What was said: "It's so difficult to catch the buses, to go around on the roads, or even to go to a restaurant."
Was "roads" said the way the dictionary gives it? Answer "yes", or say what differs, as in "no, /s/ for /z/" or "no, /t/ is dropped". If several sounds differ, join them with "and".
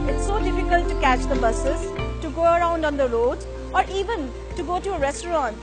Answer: no, /z/ is dropped